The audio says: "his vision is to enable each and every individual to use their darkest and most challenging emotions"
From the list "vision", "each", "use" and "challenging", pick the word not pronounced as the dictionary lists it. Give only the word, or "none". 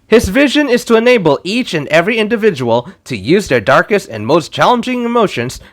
none